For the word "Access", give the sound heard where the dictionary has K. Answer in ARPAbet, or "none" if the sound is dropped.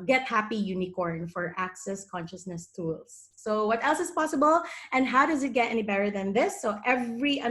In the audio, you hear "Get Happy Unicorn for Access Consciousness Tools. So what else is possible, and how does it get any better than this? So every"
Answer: K